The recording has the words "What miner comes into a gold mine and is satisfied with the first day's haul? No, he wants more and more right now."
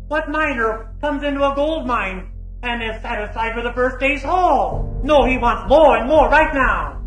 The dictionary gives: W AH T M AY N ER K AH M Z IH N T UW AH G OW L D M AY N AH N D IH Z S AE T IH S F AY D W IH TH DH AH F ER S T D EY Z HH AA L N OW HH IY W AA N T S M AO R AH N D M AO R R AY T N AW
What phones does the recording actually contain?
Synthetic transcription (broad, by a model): W AH T M AY N ER K AH M Z IH N T UW AH G OW L D M AY N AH N IH Z S AE T IH S F AY D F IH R DH AH F ER S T D EY Z HH AA L N OW HH IY W AA N T S M AO R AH N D M AO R R AY T N AW